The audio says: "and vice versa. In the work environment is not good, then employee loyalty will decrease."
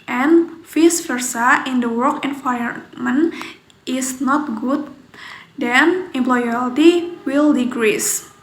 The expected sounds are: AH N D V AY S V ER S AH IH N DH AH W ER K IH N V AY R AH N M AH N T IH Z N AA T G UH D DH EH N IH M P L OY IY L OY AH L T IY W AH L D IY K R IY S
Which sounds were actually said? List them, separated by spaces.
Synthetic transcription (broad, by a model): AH N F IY S F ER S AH IH N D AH W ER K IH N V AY AH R M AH N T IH S N AA T G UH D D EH N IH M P L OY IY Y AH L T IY W AH L D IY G R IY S